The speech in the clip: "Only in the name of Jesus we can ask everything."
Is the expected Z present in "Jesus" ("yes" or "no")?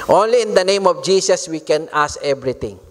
no